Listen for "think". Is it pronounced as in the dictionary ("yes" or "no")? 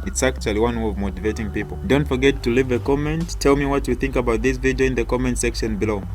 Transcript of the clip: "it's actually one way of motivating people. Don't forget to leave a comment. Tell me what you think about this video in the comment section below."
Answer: yes